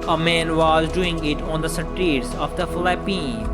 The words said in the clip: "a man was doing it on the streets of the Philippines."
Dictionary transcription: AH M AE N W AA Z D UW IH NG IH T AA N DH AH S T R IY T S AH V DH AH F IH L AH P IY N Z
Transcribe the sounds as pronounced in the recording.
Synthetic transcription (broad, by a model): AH M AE N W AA Z D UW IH NG IH T AA N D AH S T IY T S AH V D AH F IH L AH P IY N